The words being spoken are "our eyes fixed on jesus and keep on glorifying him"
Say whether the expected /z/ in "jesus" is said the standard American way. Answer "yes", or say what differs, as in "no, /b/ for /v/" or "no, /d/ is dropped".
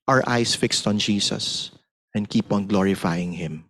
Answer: no, /s/ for /z/